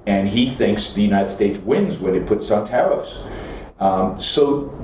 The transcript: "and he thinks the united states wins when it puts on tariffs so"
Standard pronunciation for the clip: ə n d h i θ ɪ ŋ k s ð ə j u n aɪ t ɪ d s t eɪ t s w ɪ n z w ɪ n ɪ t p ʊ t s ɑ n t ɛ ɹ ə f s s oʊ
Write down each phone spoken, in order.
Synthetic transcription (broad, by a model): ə n i θ ɪ ŋ k s ð ə j u n aɪ t ɪ d s t eɪ t s w ɪ n z w ɪ n ɪ t p ʊ t s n t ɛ ɹ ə f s s oʊ